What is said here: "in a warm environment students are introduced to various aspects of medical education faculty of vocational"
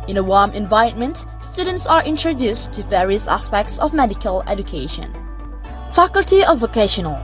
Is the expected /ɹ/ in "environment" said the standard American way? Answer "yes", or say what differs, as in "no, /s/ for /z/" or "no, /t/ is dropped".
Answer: no, /ɹ/ is dropped